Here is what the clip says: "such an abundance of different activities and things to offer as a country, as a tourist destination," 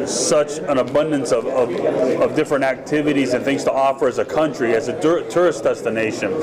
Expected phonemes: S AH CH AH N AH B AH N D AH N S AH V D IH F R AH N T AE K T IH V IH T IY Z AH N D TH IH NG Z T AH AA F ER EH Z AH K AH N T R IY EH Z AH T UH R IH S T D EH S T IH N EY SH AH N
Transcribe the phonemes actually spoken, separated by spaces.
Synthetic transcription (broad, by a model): S AH CH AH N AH B AH N D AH N S AH V D IH F R AH N T AE K T IH V IH T IY Z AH N TH IH NG Z T AH AA F ER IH Z AH K AH N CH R IY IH Z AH T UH R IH S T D EH S T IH N EY SH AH N